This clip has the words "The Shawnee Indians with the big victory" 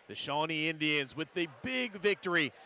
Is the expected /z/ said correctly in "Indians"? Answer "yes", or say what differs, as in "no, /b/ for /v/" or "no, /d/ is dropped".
yes